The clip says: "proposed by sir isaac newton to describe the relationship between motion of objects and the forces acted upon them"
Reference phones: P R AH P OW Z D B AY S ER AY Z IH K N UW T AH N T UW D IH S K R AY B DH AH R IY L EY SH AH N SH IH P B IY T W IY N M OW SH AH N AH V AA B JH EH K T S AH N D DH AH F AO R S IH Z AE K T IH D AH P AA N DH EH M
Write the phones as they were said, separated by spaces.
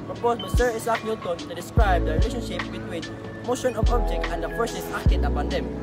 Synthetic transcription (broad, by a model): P R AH P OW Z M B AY S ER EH S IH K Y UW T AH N T UW D IH S K R AY B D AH R IY L EY SH AH N SH IH P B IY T W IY N M OW SH AH N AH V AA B JH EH K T AH N D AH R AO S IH S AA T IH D AH P AA N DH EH M